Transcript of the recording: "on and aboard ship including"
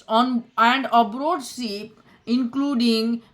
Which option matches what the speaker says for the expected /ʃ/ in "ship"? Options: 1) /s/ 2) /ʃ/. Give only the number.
1